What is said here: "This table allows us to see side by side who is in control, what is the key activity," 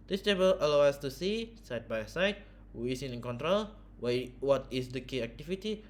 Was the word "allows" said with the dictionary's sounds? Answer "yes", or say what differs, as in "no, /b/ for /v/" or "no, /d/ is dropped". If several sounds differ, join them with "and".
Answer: no, /z/ is dropped